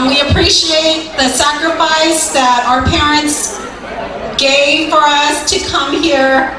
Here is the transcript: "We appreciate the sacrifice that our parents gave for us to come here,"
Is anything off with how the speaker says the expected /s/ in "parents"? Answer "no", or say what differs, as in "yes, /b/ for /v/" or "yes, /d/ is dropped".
no